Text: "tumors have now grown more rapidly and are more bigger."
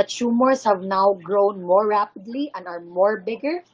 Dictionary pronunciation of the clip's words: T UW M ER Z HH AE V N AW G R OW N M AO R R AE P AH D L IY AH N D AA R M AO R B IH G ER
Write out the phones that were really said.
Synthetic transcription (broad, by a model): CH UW M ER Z HH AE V N AW G R OW N M AO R R AE P AH D L IY AH N D AA R M AO R B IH G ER